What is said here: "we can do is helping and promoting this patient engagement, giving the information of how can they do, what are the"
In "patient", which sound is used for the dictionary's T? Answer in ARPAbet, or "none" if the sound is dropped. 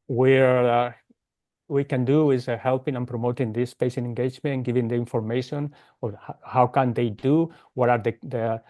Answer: none